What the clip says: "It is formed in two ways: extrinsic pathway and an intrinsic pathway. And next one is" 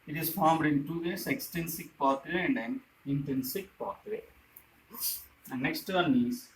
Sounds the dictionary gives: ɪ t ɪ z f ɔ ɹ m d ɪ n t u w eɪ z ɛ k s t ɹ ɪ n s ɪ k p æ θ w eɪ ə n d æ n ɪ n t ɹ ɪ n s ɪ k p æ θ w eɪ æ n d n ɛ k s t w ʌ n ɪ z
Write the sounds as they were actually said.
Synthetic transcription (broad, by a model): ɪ t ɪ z f ɔ ɹ m d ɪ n t u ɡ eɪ s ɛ k s t ɛ n s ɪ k p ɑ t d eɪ ə n d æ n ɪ n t ɹ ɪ n s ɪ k p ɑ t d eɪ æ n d n ɛ k s t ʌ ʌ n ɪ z